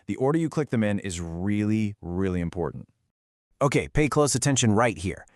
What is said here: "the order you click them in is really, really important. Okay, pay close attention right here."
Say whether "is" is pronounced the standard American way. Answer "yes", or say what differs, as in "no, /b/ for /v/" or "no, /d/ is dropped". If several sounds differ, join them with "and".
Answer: yes